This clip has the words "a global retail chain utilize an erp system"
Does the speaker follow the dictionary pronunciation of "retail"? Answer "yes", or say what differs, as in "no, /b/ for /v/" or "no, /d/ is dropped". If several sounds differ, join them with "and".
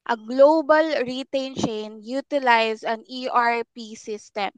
no, /n/ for /l/